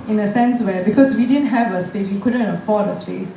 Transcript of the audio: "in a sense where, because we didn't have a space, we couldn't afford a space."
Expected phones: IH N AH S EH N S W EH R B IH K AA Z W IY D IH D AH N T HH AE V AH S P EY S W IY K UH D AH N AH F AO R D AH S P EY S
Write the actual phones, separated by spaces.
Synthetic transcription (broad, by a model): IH N AH S EH N S W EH B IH K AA S W IY D IH D AH N T HH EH V AH S P EY S W IY K UH D AH N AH F AO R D AH S P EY S